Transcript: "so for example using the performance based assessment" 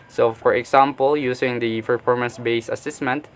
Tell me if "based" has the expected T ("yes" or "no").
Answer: no